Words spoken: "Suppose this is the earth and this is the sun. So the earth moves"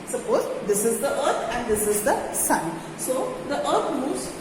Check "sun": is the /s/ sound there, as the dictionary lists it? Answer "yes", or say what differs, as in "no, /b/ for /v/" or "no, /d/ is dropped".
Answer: yes